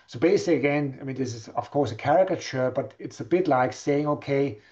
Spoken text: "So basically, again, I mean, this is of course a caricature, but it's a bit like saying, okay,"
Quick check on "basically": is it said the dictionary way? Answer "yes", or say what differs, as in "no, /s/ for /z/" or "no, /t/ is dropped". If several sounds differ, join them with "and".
no, /s/ is dropped